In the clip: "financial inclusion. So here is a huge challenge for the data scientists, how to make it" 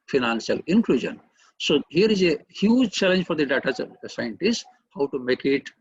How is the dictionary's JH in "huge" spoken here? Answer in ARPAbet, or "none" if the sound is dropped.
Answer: JH